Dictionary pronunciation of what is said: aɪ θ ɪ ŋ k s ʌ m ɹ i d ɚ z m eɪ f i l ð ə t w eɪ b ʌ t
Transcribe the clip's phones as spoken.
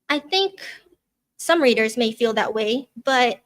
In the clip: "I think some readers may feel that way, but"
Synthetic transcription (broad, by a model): aɪ θ ɪ ŋ k s ʌ m ɹ i d ɚ z m eɪ f i l ð ə t w eɪ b ʌ t